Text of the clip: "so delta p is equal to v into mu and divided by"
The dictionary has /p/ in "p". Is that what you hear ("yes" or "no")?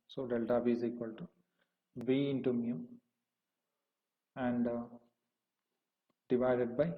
no